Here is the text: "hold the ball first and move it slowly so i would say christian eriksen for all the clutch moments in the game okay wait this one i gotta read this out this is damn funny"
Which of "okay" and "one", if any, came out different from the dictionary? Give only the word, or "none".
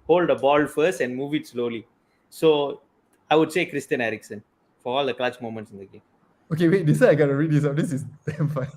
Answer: one